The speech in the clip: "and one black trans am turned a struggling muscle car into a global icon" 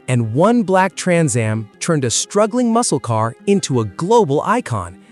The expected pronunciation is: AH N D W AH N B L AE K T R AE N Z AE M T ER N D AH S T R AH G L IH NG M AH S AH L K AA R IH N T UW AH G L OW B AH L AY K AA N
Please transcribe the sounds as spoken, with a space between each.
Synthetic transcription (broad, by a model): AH N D W AH N B L AE K T R AE N Z AE M T ER N D AH S T R AH G L IH NG M AH S L K AA R IH N T UW AH G L OW B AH L AY K AA N